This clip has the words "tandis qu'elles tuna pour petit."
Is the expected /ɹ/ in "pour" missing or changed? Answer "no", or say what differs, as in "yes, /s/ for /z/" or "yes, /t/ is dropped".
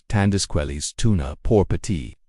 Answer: no